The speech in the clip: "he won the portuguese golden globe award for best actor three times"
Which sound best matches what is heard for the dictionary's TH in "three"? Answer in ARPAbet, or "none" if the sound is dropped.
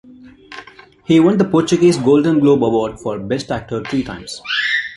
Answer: T